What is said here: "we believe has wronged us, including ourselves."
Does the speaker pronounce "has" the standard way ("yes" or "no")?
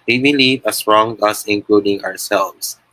no